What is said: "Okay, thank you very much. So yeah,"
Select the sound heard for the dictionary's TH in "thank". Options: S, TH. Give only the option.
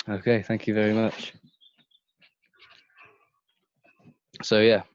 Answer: TH